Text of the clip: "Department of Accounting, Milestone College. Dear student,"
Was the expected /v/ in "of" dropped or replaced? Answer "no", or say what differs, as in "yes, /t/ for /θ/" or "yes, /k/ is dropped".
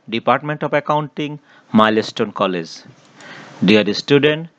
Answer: yes, /p/ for /v/